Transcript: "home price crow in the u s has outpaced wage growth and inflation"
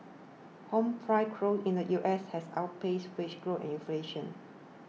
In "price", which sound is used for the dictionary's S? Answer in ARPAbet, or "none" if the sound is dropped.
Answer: none